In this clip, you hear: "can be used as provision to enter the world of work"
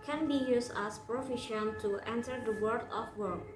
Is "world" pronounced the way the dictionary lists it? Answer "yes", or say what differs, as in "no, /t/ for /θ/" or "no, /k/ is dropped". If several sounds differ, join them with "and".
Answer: no, /l/ is dropped